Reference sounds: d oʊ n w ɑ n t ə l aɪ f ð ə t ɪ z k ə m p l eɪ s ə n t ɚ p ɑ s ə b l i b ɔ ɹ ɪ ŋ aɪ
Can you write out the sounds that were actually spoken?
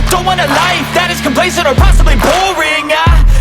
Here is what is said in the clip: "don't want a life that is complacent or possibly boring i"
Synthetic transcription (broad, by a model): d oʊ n w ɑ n ə l aɪ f ð ə t ɪ z k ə m p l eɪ s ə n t ɚ p ɑ s ə b l i b ɔ ɹ ɪ ŋ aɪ